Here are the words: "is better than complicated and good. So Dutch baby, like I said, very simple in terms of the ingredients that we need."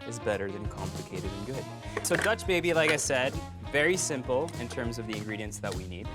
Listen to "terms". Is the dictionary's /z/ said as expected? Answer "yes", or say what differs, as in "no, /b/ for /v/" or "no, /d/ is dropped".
yes